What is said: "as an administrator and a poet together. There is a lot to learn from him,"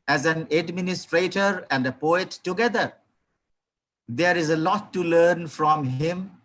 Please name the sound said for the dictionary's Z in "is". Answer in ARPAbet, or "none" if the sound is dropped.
Z